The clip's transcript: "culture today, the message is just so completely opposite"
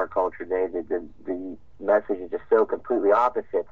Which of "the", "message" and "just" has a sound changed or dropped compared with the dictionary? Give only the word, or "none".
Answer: none